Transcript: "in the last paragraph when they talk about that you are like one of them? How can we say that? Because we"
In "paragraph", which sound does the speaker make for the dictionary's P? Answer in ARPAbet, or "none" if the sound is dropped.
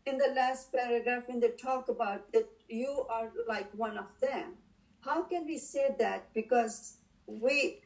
P